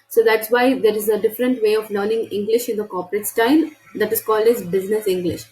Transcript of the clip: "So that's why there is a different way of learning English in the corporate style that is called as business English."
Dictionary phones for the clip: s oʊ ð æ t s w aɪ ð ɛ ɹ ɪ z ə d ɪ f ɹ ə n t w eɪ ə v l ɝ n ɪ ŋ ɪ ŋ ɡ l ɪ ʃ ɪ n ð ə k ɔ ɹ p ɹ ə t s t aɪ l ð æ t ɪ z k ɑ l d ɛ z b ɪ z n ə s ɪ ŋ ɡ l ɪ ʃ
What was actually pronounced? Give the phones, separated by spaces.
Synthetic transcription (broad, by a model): s oʊ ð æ t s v aɪ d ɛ ɹ ɪ z ə d ɪ f ɹ ə n t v eɪ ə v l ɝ n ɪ ŋ ɪ ŋ ɡ l ɪ ʃ ɪ n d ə k ɔ ɹ p ɹ ə t s t aɪ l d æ t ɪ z k ɑ l d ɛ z b ɪ z n ə s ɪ ŋ ɡ l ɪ ʃ